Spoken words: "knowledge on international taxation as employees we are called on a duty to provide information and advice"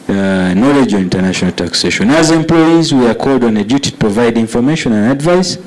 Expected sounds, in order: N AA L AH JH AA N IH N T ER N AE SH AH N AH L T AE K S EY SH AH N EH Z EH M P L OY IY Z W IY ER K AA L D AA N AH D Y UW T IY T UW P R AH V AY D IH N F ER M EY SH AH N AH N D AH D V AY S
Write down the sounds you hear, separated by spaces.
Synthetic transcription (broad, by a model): N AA L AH JH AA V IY N T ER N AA SH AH N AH L T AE K S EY SH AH N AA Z EH M P L OY IY Z W IY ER K AA L D AA N AH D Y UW T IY T UW P R AH V AY D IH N F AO M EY SH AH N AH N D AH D V AY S